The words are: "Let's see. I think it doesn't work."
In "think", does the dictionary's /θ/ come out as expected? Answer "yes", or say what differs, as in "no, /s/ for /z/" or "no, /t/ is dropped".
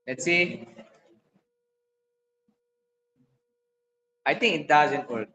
no, /t/ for /θ/